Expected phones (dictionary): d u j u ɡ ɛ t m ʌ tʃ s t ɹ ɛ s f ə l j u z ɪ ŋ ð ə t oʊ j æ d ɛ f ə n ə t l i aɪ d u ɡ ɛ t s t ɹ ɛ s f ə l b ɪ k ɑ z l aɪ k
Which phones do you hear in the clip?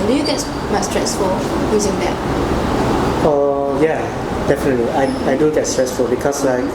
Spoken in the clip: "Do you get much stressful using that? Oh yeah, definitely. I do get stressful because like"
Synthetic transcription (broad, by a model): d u j u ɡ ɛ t m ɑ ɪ s t ɹ ɛ s f ə l j u z ɪ ŋ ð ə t oʊ j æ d ɛ f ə n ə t l i aɪ d u ɡ ɛ t s t ɹ ɛ s f ə l b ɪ k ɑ s l aɪ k